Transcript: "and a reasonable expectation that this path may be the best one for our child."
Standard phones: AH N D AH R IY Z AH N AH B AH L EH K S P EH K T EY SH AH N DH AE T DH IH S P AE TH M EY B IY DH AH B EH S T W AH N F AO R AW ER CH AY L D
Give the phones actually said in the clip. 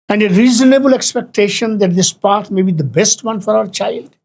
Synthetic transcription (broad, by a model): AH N D AH R IY Z AH N AH B AH L EH K S P EH K T EY SH AH N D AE T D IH S P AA T M EY B IY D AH B EH S T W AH N F AO R AW ER CH AY L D